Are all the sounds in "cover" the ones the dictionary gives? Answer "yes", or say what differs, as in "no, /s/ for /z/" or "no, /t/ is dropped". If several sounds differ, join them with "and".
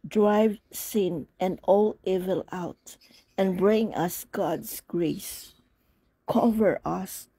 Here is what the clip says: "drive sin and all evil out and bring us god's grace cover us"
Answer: yes